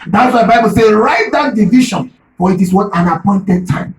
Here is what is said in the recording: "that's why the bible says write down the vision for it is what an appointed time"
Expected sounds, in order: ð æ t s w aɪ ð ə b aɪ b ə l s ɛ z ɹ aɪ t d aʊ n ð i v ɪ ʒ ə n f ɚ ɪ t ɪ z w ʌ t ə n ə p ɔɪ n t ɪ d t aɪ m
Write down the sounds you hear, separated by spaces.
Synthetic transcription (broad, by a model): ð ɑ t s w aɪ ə b aɪ b ə l s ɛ ɹ aɪ t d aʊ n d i v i ʃ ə n f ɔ ɪ t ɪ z w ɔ t ə n ə p ɔɪ n t ɪ d t aɪ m